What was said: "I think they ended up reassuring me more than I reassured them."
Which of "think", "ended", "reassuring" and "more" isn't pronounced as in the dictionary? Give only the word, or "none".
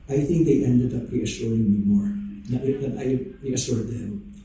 none